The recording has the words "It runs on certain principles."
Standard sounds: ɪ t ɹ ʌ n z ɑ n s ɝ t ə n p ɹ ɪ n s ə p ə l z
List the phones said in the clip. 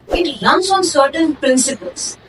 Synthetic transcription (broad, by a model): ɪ t l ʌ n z ɑ n s ɝ t ə n p ɹ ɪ n s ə p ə l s